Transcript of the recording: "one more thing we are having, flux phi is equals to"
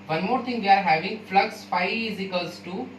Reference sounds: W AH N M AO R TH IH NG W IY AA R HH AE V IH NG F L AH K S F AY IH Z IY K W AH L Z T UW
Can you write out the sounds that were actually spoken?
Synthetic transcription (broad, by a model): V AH N M AO R T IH NG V IY AA R HH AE V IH NG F L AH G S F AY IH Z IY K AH L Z T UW